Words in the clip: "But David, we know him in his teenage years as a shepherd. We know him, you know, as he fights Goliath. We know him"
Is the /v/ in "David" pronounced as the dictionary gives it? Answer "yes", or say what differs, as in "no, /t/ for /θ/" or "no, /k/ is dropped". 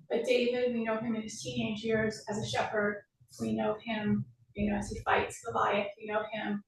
yes